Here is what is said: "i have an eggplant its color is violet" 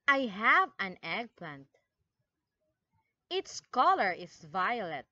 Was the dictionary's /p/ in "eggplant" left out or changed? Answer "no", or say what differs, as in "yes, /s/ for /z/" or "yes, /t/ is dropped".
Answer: no